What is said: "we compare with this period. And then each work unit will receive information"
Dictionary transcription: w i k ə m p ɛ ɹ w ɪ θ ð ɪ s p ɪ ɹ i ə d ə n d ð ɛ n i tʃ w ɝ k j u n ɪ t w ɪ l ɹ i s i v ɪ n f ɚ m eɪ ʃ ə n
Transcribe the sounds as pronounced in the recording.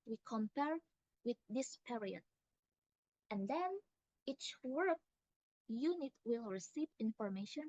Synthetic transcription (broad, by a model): w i k ə m p ɛ ɹ w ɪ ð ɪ s p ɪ ɹ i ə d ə n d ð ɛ n i tʃ w ɝ k j u n ɪ t w ɪ l ɹ i s i v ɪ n f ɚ m eɪ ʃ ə n